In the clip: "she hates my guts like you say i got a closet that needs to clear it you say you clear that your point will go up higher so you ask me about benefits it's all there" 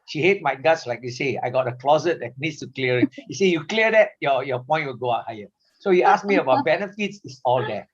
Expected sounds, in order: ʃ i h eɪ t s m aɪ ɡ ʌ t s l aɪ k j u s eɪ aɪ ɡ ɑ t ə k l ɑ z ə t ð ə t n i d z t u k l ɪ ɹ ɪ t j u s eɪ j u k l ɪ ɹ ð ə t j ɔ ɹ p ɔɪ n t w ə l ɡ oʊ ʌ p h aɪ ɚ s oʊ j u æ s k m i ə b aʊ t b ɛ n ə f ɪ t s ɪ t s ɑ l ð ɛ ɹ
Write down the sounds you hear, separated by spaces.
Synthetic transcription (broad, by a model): ʃ i h eɪ t m aɪ ɡ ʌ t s l aɪ k j u s eɪ aɪ ɡ ɑ t ə k l ɑ z ə t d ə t n i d s t u k l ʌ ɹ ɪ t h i s eɪ j u k l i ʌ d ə t j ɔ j p ɔɪ n t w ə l ɡ oʊ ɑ h aɪ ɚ s oʊ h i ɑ s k m i ə b aʊ t b ɛ n ə f ɪ t s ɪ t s ɑ l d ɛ